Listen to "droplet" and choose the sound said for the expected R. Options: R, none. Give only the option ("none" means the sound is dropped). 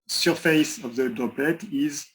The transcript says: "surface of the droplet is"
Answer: none